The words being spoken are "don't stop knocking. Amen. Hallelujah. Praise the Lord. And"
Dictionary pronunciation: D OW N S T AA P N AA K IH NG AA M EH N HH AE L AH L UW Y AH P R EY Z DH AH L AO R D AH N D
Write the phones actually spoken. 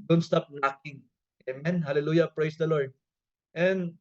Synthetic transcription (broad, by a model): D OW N S T AA P N AA K IH NG AA M EH N HH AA L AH L UW Y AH P R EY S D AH L AO R D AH N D